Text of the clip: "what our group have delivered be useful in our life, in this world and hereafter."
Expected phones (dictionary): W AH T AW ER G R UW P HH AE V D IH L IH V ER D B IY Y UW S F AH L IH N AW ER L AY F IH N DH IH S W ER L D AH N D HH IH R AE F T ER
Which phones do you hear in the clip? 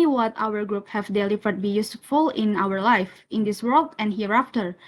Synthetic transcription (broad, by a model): W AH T AW ER G R UW P HH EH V D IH L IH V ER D B IY Y UW S F AH L IH N AW ER L AY F IH N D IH S W ER L D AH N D HH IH R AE F T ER